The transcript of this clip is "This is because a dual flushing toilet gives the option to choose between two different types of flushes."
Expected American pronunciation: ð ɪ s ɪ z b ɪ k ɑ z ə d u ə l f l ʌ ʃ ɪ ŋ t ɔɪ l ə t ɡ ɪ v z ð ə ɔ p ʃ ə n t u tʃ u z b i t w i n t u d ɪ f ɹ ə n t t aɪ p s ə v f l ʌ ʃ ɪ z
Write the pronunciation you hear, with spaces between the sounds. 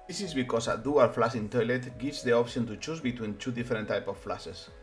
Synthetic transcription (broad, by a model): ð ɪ s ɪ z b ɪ k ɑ s ə d u ə l f l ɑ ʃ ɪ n t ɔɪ l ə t ɡ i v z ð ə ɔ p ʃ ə n t u tʃ u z b i t w i n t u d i f ɹ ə n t t aɪ p ə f l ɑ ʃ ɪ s